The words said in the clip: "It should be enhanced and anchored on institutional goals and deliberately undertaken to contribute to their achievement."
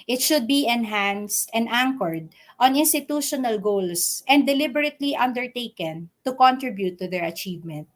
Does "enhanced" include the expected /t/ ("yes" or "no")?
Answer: yes